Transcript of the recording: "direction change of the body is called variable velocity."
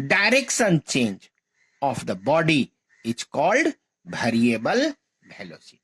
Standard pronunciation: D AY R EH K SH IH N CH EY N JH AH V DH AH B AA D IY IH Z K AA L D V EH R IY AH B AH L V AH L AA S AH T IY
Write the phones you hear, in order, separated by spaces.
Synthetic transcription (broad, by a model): D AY R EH K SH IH N CH EY N JH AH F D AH B AA D IY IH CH K AA L D B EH R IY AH B AH L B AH L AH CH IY